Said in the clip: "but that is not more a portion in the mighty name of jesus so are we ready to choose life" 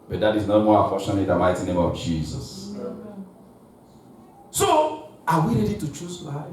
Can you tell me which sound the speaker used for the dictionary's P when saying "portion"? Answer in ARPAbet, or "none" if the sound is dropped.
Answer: F